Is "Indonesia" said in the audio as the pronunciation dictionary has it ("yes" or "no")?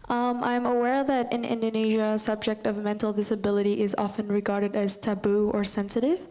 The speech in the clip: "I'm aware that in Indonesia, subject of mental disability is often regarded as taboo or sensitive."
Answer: yes